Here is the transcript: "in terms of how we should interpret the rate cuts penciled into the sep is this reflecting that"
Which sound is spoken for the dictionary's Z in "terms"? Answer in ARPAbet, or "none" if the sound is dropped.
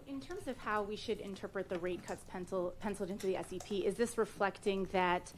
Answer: Z